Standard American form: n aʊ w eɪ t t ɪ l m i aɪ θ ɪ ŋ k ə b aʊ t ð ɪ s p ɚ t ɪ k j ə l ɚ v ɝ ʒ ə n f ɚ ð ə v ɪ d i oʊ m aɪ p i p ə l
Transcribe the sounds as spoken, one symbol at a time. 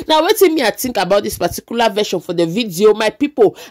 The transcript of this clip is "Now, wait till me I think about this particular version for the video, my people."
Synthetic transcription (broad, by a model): n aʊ w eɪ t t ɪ n m i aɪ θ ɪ ŋ k ə b aʊ t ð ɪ s p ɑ t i k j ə l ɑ v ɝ ʃ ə n f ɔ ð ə v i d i oʊ m aɪ p i p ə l